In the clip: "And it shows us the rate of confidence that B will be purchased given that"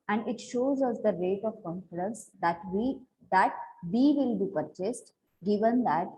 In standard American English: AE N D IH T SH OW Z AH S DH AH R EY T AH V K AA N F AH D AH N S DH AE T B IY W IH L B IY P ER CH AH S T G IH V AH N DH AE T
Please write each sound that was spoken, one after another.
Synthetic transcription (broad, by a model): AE N D IH T SH OW Z AH S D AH R EY T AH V K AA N F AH D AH N S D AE T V IY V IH L B IY P ER CH AH S T G IH V AH N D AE T